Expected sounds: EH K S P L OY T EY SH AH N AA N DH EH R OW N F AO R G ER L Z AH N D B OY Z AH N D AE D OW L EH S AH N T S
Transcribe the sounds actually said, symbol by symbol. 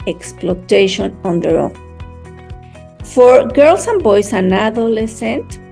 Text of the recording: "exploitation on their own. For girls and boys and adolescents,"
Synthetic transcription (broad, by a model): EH K S P L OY T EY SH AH N AA N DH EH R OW F AO R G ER L S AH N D B OY S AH N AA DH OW L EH S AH N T